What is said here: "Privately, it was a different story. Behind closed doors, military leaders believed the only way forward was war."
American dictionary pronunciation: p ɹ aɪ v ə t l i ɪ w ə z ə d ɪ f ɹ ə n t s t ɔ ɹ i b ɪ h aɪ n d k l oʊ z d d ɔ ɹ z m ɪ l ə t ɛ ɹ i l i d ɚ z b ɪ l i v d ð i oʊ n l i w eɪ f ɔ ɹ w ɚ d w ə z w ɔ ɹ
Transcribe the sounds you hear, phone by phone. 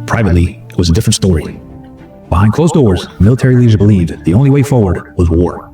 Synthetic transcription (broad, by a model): p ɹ aɪ v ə t l i ɪ w ə z ə d ɪ f ɹ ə n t s t ɔ ɹ i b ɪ h aɪ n k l oʊ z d d ɔ ɹ z m ɪ l ə t ɛ ɹ i l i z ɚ b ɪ l i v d ð i oʊ n l i w eɪ f ɔ ɹ w ɚ d w ə z w ɔ ɹ